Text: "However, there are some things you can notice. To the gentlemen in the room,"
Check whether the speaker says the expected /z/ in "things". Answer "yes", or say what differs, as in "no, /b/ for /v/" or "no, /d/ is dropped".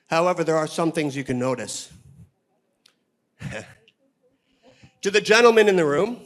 yes